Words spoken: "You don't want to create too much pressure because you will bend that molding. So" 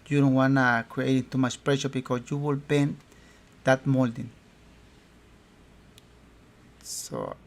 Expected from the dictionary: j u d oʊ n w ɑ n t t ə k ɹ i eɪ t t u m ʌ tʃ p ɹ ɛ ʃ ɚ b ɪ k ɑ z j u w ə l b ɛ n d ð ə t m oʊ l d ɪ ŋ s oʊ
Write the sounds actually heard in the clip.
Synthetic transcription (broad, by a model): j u d oʊ n w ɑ n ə k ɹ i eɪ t t u m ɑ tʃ p ɹ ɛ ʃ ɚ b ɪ k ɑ s j u w ə l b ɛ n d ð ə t m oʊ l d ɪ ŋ s oʊ